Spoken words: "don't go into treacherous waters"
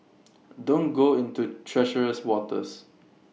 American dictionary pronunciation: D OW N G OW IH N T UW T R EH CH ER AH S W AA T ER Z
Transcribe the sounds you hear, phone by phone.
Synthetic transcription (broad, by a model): D OW N G OW IH N T UW T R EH SH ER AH S W AA T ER S